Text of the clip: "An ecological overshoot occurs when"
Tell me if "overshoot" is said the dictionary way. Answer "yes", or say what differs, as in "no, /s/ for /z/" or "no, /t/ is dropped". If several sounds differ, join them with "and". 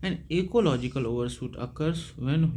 no, /s/ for /ʃ/